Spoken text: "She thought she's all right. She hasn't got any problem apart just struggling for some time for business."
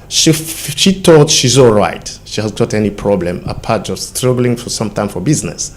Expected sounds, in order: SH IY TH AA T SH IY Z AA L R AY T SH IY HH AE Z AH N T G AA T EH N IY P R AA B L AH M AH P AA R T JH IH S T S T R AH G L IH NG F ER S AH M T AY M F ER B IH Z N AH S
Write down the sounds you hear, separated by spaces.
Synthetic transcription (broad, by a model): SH IY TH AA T SH IY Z AA L R AY T SH IY HH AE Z G AA T EH N IY P R AA B L AH M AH P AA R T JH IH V S T R AH G L IH NG F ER S AH M T AY M F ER B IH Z N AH S